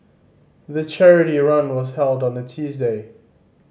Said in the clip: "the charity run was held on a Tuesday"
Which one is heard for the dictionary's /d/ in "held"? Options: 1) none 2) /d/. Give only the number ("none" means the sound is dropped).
2